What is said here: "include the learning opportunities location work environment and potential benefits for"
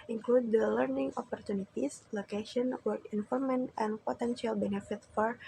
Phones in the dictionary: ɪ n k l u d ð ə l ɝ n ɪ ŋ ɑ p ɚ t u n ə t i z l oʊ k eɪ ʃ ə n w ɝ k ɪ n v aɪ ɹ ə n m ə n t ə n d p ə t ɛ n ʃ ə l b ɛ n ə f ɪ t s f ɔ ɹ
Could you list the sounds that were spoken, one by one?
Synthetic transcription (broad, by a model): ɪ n k l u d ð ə l ɝ n ɪ ŋ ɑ p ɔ t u n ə t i s l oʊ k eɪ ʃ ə n w ɝ k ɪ n f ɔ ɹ m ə n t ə n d p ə t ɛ n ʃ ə l b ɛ n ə f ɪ t f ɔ ɹ